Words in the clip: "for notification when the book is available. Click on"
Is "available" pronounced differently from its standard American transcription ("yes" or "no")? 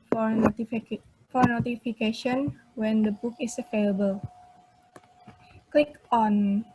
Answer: yes